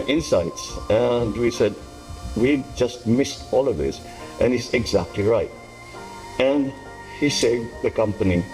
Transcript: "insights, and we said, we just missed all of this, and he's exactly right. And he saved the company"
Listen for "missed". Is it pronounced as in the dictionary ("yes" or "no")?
yes